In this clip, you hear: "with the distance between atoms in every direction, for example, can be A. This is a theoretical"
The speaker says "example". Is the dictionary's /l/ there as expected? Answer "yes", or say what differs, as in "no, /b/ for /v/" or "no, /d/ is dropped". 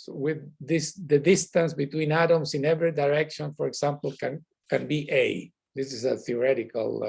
no, /n/ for /l/